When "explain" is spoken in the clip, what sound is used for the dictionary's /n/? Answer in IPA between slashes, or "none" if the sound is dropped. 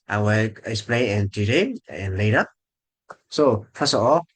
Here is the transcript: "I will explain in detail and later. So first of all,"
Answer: none